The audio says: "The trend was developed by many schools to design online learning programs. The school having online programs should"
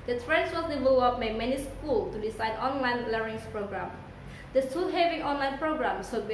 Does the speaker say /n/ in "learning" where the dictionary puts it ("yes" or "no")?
no